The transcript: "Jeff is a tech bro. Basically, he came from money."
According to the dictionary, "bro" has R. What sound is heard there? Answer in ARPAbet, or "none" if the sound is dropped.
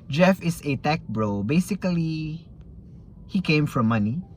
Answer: R